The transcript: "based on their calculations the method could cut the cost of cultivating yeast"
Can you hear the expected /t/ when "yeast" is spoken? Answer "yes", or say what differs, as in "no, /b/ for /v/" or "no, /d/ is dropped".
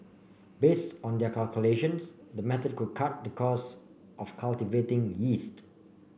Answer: yes